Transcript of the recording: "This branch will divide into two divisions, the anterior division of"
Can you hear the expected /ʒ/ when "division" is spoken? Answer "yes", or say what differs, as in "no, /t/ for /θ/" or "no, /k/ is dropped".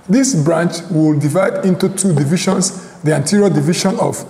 no, /ʃ/ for /ʒ/